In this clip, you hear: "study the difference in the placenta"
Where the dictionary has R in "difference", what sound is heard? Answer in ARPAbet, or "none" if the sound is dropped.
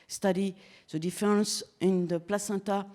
none